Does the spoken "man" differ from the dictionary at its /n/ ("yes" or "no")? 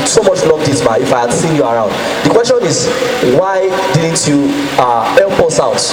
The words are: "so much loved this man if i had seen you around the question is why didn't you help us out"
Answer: yes